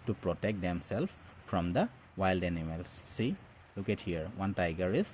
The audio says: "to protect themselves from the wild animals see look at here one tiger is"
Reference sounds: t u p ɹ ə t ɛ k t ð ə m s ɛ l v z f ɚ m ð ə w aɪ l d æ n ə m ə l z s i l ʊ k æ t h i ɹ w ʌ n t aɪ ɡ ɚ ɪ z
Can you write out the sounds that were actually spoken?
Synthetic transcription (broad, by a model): t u p ɹ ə t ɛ k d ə m s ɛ l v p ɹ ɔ m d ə w aɪ l d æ n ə m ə l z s i l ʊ k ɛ t h i ɹ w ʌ n t aɪ ɡ ɚ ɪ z